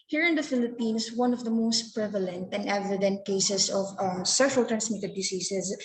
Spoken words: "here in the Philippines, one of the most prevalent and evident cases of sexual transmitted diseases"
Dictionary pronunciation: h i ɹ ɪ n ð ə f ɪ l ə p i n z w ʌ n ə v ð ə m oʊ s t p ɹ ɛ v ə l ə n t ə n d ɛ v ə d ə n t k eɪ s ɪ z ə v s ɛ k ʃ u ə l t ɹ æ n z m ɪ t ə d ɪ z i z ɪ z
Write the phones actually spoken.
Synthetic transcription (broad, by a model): h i ɹ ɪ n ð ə f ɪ l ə p i n s w ʌ n ə v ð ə m oʊ s t p ɹ ɛ v ə l ə n t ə n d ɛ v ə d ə n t k eɪ s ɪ s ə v s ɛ ʃ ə l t ɹ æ n s m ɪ t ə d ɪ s i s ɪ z